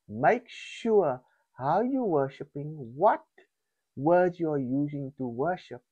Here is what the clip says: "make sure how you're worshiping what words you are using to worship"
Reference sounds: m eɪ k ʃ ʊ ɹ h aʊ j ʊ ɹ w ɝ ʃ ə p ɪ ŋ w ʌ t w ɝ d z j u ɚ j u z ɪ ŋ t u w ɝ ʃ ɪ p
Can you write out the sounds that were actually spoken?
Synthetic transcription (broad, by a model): m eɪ k ʃ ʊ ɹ h aʊ j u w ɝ ʃ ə p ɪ ŋ w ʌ t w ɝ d j u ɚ j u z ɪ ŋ t u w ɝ ʃ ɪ p